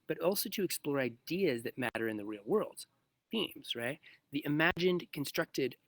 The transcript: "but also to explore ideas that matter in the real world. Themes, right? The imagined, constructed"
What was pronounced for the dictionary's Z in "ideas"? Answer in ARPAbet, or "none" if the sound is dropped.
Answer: Z